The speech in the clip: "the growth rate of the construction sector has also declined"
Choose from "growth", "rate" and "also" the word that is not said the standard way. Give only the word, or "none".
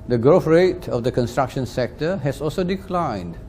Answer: growth